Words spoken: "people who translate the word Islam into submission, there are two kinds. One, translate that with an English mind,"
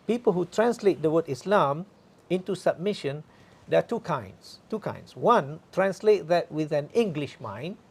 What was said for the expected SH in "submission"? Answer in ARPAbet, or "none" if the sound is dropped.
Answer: SH